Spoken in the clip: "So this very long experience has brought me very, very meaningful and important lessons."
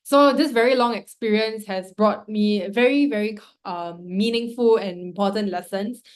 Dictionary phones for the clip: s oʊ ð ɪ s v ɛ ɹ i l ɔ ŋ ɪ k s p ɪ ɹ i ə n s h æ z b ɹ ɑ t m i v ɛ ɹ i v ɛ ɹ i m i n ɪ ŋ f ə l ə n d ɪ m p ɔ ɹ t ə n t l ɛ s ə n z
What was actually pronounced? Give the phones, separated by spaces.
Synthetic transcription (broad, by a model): s oʊ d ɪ s v ɛ ɹ i l ɔ ŋ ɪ k s p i ɹ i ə n s h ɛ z b ɹ ɑ t m i v ɛ ɹ i v ɛ ɹ i m i n ɪ ŋ f ə l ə n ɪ m p ɔ t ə n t l ɛ s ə n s